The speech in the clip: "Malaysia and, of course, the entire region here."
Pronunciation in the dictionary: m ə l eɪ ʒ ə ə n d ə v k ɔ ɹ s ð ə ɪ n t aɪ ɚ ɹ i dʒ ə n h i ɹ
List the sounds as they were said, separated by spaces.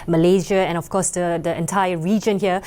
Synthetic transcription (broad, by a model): m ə l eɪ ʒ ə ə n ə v k ɔ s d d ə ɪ n t aɪ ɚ ɹ i dʒ ə n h i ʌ